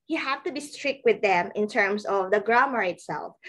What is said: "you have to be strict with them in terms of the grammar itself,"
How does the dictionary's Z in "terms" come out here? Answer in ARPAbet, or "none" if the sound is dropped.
S